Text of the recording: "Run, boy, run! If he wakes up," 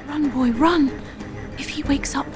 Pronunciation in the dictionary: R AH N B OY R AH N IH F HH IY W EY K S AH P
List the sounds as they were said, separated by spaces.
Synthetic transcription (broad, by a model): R AH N B OY R AH N IH F HH IY W EY K S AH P